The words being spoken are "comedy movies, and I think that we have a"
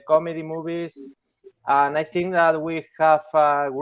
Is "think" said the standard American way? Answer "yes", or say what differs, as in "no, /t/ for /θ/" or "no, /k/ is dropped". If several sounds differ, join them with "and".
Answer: yes